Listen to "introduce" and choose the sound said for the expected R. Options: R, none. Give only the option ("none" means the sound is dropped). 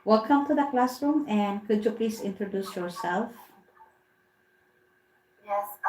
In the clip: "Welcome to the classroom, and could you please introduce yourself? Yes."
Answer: R